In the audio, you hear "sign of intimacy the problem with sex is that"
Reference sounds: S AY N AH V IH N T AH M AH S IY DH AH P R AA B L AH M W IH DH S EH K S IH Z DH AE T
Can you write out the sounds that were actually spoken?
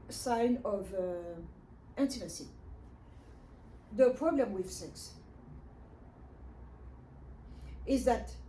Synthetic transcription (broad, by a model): S AY N AH V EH N T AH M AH S IY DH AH P R AA B L AH M W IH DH S EH K S IH Z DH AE T